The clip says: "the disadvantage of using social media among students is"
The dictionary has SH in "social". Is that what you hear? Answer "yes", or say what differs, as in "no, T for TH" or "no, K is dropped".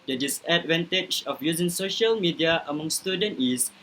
yes